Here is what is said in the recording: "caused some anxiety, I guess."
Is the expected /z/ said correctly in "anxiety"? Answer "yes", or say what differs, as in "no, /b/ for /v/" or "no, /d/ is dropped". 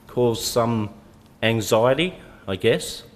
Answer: yes